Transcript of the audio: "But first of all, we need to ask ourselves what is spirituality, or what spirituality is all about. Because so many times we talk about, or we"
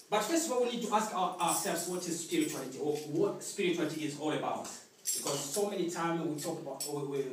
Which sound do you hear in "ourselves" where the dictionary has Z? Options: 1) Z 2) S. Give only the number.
2